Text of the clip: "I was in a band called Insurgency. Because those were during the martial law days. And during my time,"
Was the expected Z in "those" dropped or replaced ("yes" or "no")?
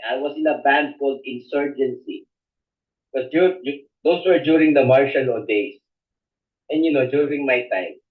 yes